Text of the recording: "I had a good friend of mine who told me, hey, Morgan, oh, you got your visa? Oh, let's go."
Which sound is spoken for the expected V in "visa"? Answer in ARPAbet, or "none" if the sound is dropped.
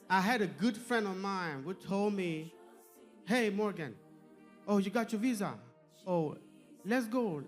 V